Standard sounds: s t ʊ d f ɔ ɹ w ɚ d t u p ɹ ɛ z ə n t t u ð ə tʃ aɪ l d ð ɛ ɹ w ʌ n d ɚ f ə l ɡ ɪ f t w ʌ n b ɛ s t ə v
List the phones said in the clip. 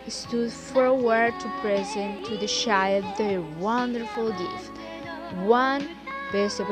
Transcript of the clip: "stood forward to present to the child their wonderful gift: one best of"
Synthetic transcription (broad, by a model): s t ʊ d f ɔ ɹ w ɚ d t u p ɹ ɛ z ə n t t u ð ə ʃ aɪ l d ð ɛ w ʌ n d ɚ f ə l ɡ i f w ʌ n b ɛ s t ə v